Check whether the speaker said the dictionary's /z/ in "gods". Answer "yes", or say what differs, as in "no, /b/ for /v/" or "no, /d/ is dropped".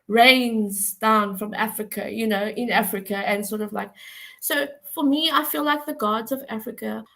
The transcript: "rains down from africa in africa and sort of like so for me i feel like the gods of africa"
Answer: yes